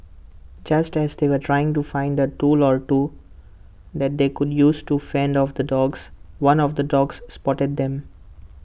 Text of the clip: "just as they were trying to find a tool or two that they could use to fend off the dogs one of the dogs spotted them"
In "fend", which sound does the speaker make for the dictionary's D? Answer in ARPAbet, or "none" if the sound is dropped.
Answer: D